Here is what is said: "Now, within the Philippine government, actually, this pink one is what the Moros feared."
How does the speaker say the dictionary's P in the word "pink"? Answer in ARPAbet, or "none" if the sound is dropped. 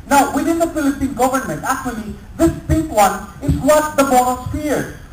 B